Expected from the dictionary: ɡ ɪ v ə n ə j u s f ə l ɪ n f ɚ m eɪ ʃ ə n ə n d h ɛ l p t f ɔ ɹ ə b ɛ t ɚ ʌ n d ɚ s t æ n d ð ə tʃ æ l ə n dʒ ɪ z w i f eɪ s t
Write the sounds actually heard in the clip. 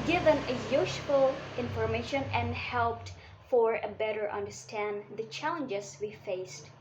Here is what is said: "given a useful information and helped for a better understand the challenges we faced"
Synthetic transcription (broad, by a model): ɡ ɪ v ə n ə j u ʃ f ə l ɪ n f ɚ m eɪ ʃ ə n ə n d h ɛ l p t f ɔ ɹ ə b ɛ t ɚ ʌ n d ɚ s t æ n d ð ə tʃ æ l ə n dʒ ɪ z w i f eɪ s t